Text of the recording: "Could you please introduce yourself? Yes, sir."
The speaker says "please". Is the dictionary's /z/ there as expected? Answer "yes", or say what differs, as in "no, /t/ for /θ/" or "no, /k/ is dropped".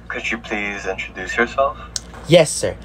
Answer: yes